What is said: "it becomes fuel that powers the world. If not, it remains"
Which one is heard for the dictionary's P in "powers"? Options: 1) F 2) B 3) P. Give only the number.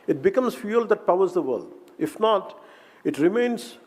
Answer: 3